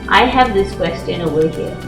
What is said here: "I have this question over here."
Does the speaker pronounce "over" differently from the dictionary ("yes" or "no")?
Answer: yes